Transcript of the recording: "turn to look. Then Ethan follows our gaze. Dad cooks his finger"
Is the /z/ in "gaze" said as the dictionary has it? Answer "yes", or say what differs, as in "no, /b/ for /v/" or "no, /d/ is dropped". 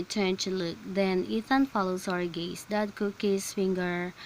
no, /s/ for /z/